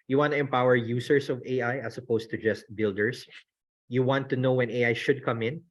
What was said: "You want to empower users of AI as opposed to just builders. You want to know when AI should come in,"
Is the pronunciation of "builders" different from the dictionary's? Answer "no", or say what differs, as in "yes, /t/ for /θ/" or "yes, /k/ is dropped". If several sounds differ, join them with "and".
yes, /s/ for /z/